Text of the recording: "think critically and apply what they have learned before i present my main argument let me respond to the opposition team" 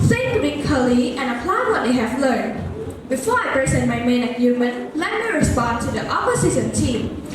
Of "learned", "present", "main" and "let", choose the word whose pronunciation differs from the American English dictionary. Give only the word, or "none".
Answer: present